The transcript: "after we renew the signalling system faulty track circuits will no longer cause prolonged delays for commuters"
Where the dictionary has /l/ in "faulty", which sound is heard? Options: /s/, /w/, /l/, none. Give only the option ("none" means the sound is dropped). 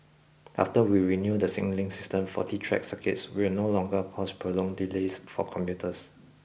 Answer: none